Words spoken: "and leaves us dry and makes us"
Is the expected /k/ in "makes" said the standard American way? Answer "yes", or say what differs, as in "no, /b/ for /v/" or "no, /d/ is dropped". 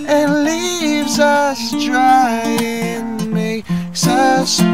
no, /k/ is dropped